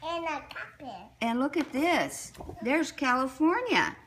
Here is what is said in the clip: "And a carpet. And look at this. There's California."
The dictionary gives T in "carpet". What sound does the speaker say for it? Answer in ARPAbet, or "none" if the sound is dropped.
none